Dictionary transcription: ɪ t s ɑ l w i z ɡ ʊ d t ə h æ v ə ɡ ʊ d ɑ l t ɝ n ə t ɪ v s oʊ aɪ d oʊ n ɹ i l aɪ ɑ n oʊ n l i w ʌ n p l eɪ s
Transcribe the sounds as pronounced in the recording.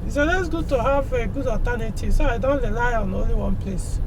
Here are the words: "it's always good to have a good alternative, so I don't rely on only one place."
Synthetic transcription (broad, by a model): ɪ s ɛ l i s ɡ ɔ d t ə h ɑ v ə ɡ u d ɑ t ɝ n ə t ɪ s oʊ aɪ d oʊ n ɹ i l aɪ ɑ n oʊ n l i w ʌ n p l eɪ s